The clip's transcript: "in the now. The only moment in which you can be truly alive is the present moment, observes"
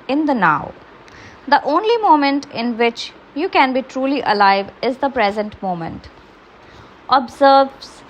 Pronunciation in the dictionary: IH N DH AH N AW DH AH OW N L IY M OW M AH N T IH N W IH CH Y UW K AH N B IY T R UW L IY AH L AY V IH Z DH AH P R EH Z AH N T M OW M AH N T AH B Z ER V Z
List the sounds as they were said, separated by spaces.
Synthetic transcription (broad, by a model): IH N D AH N AW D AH OW N L IY M OW M AH N T IH N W IH CH Y UW K AH N B IY T R UW L IY AH L AY V IH Z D AH P R EH Z AH N T M OW M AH N T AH B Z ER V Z